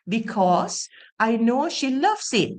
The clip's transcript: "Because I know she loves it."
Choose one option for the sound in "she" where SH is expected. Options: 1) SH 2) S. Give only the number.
1